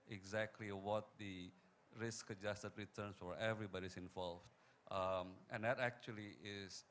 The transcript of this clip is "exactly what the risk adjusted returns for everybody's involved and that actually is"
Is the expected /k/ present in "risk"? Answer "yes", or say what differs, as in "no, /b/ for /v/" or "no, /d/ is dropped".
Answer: yes